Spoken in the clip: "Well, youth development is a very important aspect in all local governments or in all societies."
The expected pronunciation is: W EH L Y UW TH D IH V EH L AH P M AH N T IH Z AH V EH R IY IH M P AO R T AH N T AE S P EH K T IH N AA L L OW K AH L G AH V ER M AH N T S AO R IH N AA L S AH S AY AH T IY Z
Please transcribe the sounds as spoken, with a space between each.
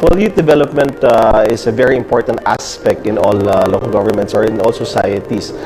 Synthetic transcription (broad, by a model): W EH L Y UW T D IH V EH L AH P M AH N T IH S AH V EH R IY IH M P AO R T AH N T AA S P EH K T IH N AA L L OW K AH L G AH V ER M AH N T S AO R IH N AA L S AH S AY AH T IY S